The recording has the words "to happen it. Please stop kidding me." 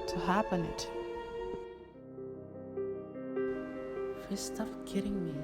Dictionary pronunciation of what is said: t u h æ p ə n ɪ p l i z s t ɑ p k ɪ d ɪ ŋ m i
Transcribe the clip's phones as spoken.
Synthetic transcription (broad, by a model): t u h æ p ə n ɪ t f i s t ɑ f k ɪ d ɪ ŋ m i